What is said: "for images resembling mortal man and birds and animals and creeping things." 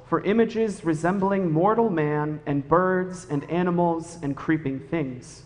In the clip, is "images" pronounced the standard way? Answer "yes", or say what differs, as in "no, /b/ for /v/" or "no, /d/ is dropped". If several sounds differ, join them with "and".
yes